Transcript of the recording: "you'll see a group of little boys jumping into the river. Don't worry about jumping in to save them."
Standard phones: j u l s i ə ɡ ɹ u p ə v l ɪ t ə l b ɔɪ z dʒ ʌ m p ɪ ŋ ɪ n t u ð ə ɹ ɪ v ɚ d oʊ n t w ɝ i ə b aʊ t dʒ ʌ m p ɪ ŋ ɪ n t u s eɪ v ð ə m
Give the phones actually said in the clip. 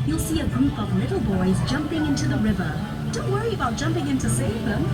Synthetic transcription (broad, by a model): j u l s i ə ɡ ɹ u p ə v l ɪ t l b ɔɪ z dʒ ʌ m p ɪ ŋ ɪ n t u ð ə ɹ ɪ v ɚ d oʊ n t w ɝ i ə b aʊ t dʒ ʌ m p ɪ ŋ ɪ n t u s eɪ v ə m